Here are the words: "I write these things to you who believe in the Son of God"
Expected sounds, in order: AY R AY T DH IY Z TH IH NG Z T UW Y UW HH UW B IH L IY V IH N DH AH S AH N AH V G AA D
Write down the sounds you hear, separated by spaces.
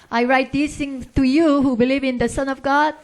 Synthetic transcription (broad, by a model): AY R AY T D IY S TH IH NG T UW Y UW HH UW B IH L IY V IH N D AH S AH N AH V G AA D